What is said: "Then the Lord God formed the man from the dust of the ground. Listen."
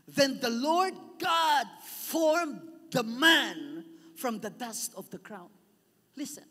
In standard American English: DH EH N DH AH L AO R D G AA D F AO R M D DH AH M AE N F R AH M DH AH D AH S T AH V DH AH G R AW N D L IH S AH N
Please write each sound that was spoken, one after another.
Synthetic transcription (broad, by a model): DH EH N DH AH L AO R D G AA D F AO R M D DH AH M AE N F R AH M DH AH D AH S T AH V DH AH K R AW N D L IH S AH N